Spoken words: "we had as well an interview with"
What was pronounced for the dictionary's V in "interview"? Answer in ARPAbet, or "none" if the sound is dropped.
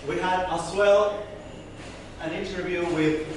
V